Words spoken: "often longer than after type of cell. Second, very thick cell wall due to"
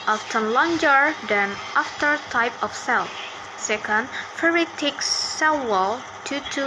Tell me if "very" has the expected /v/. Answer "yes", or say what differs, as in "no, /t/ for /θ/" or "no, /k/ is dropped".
no, /f/ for /v/